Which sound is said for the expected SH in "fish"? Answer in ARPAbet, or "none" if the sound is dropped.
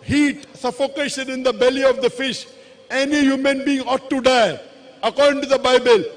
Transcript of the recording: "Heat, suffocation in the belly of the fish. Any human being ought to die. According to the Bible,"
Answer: SH